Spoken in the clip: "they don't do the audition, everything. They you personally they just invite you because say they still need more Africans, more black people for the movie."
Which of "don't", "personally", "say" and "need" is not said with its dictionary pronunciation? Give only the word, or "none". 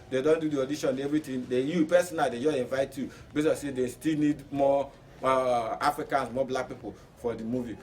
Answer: personally